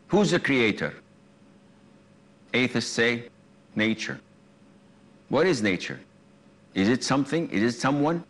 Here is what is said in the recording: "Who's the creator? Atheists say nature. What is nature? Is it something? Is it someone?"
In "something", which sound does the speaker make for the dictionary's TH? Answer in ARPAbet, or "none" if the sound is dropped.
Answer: TH